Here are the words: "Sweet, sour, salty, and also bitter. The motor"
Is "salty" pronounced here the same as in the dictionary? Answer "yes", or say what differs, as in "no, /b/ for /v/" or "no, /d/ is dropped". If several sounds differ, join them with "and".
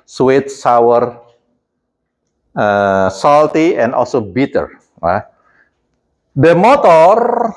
yes